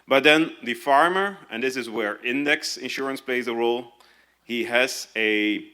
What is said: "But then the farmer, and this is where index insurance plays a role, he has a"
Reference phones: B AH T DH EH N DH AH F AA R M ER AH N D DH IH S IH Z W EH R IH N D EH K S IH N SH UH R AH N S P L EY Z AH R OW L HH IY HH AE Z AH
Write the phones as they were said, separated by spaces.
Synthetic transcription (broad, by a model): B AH T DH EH N DH AH F AA R M ER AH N DH IH S IH Z W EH R IH N D EH K S IH N SH UH R AH N S P L EY Z AH R OW L HH IY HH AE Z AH